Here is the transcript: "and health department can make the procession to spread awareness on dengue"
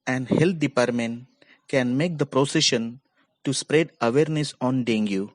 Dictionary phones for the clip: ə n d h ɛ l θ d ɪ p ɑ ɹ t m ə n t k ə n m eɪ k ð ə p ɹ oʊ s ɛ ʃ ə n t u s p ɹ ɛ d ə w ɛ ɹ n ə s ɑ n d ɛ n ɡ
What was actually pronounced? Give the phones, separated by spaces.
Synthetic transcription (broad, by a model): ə n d h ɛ l t d ɪ p ɑ ɹ t m ə n t k ə n m eɪ k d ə p ɹ oʊ s ɛ ʃ ə n t u s p ɹ ɛ d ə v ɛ ɹ n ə s ɑ n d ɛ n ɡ